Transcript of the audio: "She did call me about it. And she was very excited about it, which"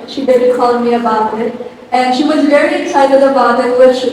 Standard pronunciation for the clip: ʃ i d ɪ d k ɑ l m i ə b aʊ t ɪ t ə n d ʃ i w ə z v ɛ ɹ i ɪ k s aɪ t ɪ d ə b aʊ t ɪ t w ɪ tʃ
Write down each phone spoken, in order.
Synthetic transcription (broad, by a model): ʃ i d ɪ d k ɑ l m i ə b aʊ t ɪ t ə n ʃ i w ə z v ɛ ɹ i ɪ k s aɪ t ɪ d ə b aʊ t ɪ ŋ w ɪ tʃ